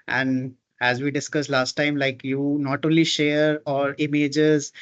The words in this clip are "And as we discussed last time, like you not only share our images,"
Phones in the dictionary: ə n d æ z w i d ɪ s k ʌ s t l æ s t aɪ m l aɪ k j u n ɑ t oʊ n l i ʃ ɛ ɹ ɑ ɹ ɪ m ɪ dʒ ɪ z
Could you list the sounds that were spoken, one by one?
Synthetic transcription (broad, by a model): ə n d æ z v i d ɪ s k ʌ s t l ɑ s t aɪ m l aɪ k j u n ɑ t oʊ n l i ʃ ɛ ɹ ɑ ɹ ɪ m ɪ dʒ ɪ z